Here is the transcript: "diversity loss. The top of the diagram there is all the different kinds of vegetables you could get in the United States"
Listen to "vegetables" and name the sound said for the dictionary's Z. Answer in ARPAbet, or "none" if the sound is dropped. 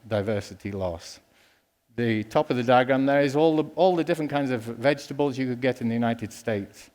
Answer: Z